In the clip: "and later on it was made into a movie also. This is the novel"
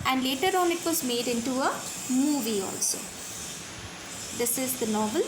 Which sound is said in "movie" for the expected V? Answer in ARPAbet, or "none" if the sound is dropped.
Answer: V